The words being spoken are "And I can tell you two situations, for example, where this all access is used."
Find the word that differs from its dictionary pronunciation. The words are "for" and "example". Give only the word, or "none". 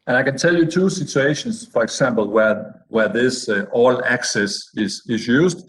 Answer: example